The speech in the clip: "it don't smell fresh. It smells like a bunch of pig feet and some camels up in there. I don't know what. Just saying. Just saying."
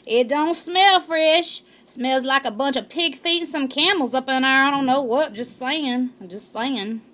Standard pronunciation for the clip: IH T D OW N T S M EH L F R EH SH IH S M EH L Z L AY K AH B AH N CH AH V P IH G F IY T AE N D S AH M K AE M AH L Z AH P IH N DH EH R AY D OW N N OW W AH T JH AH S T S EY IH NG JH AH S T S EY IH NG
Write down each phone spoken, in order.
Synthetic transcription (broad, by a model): IH T D OW N T S M EH L F R EH SH S M EH L Z L AY K AH B AH N CH AH V P IH G F IY T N S AH M K AE M L Z AH P IH N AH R AY D OW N N OW W AH T JH AH S T S EY IH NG JH AH S T S EY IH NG